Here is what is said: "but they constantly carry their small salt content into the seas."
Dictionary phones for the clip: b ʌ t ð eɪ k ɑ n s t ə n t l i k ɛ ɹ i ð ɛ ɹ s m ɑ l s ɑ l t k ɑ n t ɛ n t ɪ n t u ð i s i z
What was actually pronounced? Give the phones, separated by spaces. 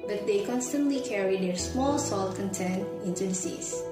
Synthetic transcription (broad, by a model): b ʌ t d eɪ k ɑ n s t ə n t l i k ɛ ɹ i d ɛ ɹ s m ɑ l s ɑ l t k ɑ n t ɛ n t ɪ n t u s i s